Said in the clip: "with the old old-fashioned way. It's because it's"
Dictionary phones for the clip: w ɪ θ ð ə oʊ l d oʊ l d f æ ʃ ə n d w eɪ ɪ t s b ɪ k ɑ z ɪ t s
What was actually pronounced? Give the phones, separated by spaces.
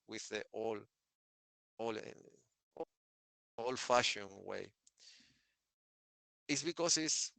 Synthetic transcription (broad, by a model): w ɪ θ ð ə oʊ l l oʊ l f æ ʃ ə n w eɪ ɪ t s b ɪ k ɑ s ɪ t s